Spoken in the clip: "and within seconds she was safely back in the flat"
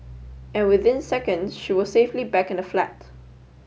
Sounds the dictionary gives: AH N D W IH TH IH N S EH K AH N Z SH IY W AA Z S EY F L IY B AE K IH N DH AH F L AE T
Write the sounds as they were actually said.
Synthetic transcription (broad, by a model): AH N W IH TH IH N S EH K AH N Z SH IY W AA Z S EY F L IY B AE K IH N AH F L AE T